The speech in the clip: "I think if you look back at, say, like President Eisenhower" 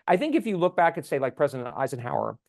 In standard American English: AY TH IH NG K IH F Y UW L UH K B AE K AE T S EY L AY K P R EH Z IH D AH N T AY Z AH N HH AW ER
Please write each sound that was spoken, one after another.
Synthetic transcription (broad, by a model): AY TH IH NG K IH F Y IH L UH K B AE K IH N S EY L AY K P R EH Z IH D AH N T AY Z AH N HH AW ER